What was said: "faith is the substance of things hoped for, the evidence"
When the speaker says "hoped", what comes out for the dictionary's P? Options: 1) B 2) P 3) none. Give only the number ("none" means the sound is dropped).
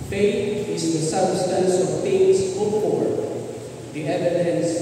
3